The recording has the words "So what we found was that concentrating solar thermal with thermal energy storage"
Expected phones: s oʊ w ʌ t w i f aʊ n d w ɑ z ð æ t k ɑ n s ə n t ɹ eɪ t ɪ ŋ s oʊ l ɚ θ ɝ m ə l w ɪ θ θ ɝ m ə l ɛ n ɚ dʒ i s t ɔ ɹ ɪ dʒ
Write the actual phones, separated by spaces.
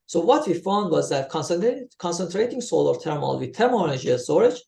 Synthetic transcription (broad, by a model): s oʊ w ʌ t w i f aʊ n d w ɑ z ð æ t k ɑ n s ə n t ɹ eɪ t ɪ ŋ s oʊ l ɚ t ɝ m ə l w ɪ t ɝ m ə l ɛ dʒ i i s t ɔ ɹ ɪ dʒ